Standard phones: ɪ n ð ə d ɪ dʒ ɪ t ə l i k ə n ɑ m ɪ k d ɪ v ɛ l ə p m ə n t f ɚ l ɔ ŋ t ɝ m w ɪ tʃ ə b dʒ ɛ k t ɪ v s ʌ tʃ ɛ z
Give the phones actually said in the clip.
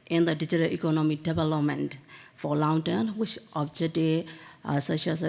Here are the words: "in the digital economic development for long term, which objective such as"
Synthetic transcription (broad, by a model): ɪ n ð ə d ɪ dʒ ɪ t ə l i k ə n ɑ m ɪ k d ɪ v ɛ l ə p m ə n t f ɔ l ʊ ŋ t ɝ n w ɪ tʃ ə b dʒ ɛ t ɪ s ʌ ʃ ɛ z